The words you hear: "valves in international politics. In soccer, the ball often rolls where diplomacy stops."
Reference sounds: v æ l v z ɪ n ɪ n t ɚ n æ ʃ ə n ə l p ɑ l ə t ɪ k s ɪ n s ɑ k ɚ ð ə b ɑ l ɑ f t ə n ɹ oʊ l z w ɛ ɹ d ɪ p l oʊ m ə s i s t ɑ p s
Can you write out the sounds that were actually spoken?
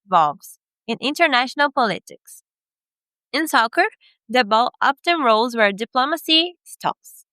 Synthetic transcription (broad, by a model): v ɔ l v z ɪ n ɪ n t ɚ n æ ʃ ə n ə l p ɑ l ə t ɪ k s ɪ n s ɑ k ɚ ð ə b ɑ l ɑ p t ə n ɹ oʊ l z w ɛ ɹ d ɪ p l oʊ m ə s i s t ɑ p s